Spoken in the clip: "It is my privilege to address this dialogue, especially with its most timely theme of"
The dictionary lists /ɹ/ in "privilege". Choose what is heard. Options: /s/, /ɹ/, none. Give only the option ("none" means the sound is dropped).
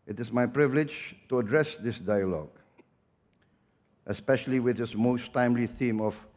/ɹ/